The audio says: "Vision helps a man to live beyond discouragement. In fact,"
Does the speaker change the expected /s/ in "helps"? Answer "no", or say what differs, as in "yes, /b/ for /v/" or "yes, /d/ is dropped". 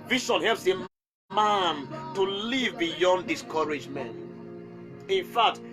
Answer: no